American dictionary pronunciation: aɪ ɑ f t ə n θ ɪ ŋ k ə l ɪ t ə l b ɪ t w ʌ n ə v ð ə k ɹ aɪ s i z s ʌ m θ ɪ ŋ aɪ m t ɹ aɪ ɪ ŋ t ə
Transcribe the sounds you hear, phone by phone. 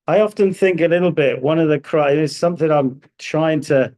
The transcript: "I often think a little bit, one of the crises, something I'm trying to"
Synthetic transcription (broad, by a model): aɪ ɑ f t ə n θ ɪ ŋ k ə l ɪ t l b ɪ t w ʌ n ə v ð ə k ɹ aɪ i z s ʌ m θ ɪ ŋ aɪ m t ɹ aɪ ɪ ŋ t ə